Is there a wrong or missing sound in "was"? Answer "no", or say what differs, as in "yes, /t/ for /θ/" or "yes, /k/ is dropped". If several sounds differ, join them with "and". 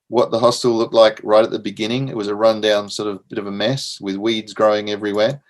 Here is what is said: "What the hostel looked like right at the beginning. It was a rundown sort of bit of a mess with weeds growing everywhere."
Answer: no